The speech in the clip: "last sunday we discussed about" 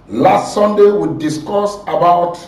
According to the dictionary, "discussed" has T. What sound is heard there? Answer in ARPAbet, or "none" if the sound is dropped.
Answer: none